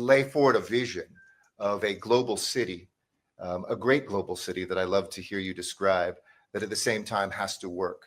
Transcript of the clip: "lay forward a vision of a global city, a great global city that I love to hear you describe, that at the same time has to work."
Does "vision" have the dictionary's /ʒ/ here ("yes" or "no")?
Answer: yes